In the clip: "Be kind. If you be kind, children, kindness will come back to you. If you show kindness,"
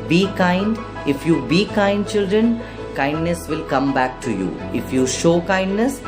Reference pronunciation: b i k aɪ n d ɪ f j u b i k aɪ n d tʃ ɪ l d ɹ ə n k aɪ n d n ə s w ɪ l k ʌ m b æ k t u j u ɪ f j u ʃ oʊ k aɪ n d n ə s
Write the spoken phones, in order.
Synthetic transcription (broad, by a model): b i k aɪ n d ɪ f j u b i k aɪ n d tʃ ɪ l d ɹ ə n k aɪ n d n ə s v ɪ l k ʌ m b æ k t u j u ɪ f j u ʃ oʊ k aɪ n d n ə s